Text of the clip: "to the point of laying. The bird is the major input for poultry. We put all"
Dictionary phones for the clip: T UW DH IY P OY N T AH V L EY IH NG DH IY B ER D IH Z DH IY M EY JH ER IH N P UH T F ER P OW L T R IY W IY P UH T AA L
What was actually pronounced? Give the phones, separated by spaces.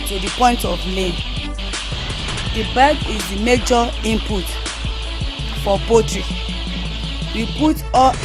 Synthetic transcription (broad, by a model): T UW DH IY P OY N T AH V L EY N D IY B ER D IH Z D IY M EY JH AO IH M P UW T F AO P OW T R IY W IY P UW T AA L